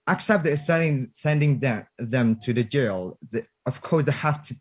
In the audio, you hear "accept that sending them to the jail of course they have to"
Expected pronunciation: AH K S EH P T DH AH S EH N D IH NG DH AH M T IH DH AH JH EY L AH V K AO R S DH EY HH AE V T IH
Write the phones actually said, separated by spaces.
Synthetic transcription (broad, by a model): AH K S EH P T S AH S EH N D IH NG DH AH M T IH DH AH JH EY L AH V K AO R S DH EY HH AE F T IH